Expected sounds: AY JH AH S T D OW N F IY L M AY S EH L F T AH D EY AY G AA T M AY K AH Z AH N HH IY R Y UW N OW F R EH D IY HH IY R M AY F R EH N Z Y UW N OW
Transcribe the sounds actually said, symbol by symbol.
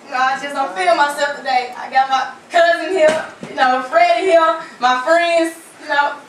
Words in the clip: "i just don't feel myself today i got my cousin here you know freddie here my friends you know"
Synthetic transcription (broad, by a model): AY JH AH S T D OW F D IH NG M AY S EH L F T AH D EY AY G AA T M AY K AH Z AH N HH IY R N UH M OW F R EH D HH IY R M AY F R EH N Z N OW